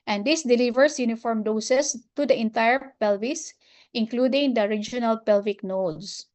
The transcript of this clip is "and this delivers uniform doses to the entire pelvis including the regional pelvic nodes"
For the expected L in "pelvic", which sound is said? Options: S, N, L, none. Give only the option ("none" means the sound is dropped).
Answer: L